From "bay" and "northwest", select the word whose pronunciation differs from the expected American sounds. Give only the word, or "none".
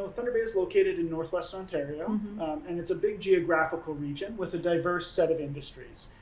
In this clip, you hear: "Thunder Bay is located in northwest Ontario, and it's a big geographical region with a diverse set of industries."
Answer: none